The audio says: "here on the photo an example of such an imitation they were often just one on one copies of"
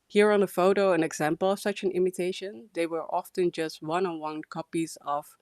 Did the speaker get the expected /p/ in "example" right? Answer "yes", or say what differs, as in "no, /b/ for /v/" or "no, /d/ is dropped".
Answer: yes